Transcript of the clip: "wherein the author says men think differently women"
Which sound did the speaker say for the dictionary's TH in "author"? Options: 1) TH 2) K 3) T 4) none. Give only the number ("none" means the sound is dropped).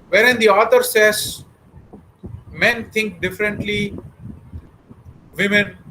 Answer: 3